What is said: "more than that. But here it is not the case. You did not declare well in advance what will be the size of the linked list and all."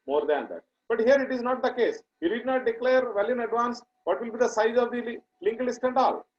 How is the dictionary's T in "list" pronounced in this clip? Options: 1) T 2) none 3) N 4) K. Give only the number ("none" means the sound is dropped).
1